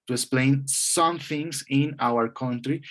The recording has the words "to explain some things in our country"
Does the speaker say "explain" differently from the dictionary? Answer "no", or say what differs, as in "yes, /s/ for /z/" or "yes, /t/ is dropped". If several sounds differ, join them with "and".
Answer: no